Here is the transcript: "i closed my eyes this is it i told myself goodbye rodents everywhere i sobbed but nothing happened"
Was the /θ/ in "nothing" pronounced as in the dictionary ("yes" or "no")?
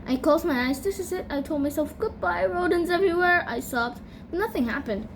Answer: yes